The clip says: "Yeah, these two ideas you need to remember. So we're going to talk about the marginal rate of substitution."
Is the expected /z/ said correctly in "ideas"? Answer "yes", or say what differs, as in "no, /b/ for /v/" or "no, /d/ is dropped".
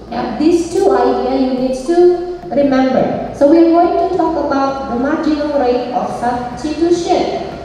no, /z/ is dropped